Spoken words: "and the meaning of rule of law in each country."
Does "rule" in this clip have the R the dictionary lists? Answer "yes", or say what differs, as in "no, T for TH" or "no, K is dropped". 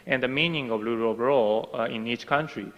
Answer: no, L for R